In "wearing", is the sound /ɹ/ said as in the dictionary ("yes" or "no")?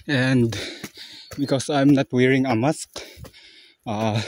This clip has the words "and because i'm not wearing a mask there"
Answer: yes